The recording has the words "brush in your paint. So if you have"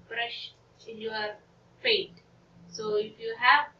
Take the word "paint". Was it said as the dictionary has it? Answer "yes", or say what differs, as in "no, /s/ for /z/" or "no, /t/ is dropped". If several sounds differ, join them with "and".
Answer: no, /n/ is dropped